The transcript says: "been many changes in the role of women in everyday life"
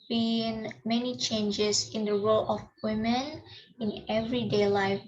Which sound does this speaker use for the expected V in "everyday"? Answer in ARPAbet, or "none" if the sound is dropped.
V